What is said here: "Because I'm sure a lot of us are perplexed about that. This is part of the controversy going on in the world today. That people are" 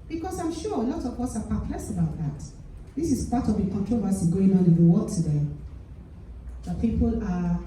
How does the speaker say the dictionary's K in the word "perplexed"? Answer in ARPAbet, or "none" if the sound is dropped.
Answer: none